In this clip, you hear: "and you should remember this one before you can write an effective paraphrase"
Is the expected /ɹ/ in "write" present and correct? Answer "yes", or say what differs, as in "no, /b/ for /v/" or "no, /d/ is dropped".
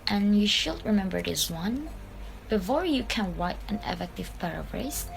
no, /w/ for /ɹ/